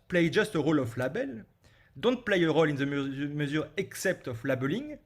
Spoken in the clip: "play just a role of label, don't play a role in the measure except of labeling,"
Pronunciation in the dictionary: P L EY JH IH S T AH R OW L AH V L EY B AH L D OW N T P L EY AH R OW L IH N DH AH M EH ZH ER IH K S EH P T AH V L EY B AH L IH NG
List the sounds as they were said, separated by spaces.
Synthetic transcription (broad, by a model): P L EY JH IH S T AH R OW L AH F L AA B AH L D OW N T P L EY AH R OW L IH N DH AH M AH Z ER IH K S EH P T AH F L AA B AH L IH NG